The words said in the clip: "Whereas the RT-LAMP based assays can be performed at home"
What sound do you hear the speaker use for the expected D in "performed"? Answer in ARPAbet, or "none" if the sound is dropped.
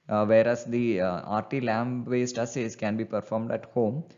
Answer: D